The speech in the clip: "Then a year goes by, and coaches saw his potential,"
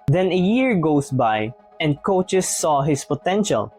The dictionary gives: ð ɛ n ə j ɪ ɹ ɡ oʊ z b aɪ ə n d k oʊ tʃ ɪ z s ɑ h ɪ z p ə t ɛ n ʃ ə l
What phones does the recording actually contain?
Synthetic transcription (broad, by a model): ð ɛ n ə j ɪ ɹ ɡ oʊ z b aɪ ə n d k oʊ tʃ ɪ s ɑ h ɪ s p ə t ɛ n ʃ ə l